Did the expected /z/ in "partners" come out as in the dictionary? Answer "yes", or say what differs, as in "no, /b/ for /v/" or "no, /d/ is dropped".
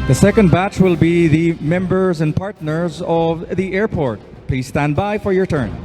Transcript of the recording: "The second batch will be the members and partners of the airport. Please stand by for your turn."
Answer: yes